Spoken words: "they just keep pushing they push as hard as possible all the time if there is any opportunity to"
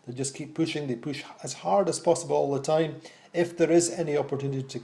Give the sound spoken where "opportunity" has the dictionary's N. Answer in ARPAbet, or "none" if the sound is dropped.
N